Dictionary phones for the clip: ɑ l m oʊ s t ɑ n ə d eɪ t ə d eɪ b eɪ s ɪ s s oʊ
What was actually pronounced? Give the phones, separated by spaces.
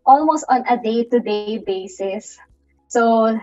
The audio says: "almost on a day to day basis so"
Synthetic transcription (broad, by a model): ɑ l m oʊ s t ɑ n ə d eɪ t ə d eɪ b eɪ s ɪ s s oʊ